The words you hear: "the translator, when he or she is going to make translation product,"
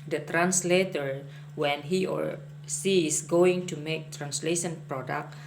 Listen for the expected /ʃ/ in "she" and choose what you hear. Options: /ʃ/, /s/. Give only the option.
/s/